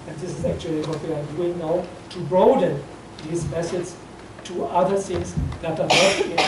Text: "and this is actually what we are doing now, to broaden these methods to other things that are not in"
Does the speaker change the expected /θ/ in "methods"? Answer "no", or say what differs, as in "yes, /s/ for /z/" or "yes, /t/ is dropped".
yes, /s/ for /θ/